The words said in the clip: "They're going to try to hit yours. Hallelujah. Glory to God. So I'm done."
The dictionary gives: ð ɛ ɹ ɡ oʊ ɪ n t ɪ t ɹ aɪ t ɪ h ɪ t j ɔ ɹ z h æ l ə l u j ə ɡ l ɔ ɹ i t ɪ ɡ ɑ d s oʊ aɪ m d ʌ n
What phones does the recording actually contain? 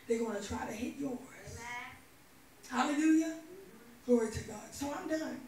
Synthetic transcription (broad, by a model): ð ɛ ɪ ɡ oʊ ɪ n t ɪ t ɹ aɪ t ɪ h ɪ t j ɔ w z h æ l ə l u j ə ɡ l ɔ ɹ i t ɪ ɡ ɑ d s oʊ aɪ m d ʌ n